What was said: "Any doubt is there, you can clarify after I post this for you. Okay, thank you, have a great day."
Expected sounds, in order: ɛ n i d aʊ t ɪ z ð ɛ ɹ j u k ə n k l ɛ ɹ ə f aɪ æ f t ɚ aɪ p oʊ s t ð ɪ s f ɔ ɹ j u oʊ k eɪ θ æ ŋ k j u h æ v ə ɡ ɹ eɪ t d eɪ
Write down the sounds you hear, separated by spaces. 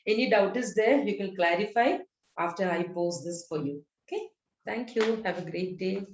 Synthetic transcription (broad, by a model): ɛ n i d aʊ t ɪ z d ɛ ɹ j u k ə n k l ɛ ɹ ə f aɪ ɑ f t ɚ aɪ p oʊ s t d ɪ s f ɔ ɹ j u oʊ k eɪ t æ ŋ k j u h æ v ə ɡ ɹ eɪ t d eɪ